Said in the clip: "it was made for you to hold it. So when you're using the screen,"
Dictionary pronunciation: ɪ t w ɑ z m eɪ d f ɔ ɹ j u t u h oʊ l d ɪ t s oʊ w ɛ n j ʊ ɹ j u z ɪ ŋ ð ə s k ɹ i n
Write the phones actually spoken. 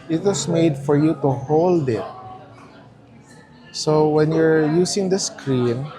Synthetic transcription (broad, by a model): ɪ t w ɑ s m eɪ d f ɔ ɹ j u t u h oʊ l d ɪ t s oʊ w ɛ n j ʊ ɹ j u s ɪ ŋ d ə s k ɹ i n